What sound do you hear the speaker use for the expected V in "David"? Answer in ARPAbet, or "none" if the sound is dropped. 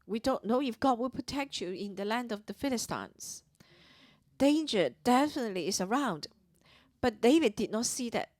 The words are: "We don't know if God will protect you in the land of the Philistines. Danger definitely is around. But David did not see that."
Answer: V